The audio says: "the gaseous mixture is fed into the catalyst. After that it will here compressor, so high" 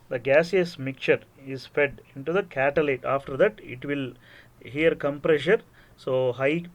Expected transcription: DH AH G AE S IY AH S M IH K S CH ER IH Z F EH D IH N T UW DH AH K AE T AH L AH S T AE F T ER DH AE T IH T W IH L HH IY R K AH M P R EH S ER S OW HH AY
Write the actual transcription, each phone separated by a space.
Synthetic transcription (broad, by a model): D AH G AE S IY AH S M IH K CH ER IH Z F EH D IH N T UW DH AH K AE T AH L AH T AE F T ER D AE T IH T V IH L HH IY R K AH M P R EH SH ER S OW HH AY